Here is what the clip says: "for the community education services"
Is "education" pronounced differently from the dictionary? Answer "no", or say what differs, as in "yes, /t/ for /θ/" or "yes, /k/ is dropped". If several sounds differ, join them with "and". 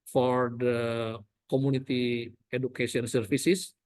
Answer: yes, /s/ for /ʃ/